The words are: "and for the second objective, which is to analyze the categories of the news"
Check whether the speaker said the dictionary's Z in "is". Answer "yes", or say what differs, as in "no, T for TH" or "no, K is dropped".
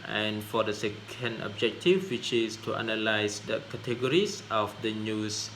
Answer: no, S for Z